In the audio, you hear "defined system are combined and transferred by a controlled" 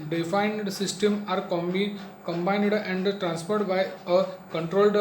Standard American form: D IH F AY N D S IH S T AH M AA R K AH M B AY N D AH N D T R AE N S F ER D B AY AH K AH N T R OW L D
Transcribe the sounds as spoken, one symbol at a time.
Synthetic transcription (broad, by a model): D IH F AY N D S IH S T AH M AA R K AH M B AY N D AH N D T R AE N S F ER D B AY AH K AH N T R OW L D